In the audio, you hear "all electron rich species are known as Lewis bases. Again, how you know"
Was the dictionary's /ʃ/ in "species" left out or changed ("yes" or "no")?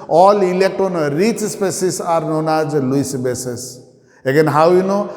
yes